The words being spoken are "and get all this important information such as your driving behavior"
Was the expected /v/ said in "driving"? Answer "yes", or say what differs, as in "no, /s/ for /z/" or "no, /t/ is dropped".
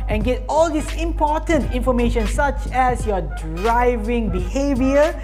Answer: yes